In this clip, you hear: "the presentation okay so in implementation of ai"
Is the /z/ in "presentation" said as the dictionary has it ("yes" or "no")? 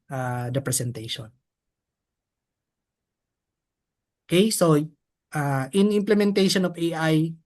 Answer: no